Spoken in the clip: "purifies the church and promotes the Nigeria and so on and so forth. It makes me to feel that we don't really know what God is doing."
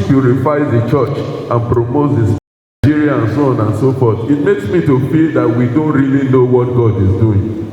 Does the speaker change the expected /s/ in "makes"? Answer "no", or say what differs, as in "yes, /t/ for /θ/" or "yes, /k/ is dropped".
no